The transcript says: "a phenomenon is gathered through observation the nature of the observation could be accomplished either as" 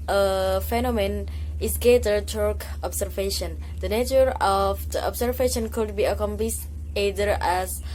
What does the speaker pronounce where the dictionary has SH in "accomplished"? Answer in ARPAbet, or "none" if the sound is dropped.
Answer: S